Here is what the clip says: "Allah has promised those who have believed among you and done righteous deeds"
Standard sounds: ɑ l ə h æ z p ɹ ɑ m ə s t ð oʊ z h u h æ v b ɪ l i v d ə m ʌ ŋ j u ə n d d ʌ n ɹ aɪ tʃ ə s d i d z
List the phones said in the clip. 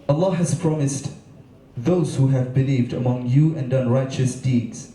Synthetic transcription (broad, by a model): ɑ l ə h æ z p ɹ ɑ m ə s t ð oʊ z h u h æ v b ɪ l i v d ə m ʌ ŋ j u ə n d d ʌ n ɹ aɪ tʃ ə s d i d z